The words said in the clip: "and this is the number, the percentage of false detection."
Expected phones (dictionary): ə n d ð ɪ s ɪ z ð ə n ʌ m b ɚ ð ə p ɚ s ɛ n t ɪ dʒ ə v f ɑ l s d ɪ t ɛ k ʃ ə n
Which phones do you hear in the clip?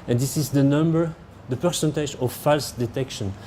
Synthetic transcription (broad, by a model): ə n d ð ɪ s ɪ z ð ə n ʌ m b ɚ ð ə p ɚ s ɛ n t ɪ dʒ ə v f ɑ l s d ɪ t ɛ k ʃ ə n